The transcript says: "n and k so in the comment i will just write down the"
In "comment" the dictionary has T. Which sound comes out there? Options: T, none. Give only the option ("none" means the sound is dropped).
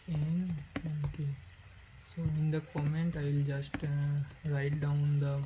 T